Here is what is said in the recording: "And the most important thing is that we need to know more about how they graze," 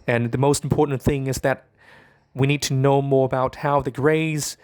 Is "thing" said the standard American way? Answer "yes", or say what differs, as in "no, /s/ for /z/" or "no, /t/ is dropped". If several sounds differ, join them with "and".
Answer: yes